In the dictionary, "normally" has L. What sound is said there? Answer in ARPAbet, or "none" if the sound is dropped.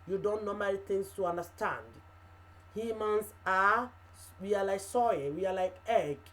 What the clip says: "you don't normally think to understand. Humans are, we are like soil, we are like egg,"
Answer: N